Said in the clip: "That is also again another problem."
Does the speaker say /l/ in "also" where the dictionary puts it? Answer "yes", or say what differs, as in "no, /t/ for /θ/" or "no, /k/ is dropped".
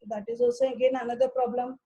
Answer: no, /l/ is dropped